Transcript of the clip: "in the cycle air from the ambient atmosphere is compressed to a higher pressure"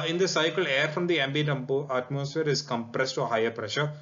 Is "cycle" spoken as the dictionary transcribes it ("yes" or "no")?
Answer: yes